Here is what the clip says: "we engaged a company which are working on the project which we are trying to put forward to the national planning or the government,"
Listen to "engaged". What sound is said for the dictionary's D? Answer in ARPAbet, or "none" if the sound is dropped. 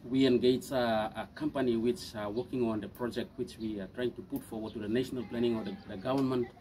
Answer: none